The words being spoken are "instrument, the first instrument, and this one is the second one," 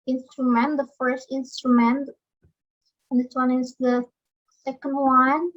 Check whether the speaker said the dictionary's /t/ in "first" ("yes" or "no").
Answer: yes